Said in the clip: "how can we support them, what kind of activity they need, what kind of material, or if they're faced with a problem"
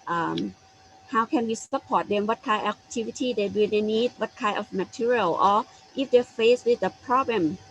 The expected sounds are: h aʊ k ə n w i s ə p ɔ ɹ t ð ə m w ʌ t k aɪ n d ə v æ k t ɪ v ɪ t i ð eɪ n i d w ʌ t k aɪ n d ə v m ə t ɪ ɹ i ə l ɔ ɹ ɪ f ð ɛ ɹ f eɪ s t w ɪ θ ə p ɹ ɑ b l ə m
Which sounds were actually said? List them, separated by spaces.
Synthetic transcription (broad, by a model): h aʊ k ə n w i s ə p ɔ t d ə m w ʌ t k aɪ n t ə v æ t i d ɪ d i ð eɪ n i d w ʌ t k aɪ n ə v m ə t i ɹ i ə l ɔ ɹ ɪ f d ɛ f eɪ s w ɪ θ ə p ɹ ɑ b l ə m